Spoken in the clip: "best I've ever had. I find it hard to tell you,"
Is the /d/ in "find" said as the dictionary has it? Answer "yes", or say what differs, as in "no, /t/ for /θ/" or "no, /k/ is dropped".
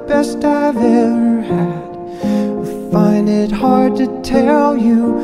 yes